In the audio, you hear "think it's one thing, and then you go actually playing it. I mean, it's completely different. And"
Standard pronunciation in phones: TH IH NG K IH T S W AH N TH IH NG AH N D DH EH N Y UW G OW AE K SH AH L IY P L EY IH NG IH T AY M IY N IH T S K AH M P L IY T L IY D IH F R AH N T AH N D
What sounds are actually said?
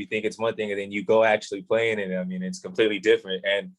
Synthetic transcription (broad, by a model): TH IH NG K IH T S W AH N TH IH NG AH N DH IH N Y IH G OW AE K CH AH L IY P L EY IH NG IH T AY M IY N IH T S K AH M P L IY T L IY D IH F R AH N T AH N